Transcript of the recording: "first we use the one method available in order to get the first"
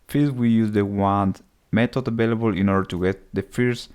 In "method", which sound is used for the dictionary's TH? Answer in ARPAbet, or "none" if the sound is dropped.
T